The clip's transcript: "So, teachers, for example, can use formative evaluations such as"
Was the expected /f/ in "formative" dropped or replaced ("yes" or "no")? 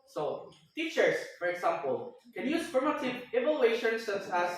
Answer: yes